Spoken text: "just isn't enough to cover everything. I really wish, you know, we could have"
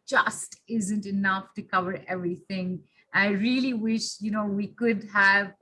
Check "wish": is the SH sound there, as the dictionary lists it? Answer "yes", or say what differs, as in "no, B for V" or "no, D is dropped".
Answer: yes